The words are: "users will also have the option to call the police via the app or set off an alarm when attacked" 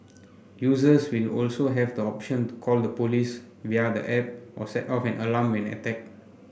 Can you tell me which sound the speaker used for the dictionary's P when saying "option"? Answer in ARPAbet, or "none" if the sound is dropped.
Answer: P